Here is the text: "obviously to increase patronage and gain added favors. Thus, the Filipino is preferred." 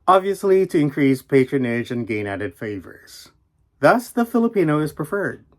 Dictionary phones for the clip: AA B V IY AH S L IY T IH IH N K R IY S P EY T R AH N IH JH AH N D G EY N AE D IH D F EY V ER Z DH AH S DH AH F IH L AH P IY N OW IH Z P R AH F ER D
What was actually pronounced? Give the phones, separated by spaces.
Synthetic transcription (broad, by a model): AA B V IY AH S L IY T IH IH N K R IY S P EY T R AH N IH JH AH N G EY N AE D IH D F EY V ER Z DH AH S DH AH F IH L AH P IY N OW IH Z P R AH F ER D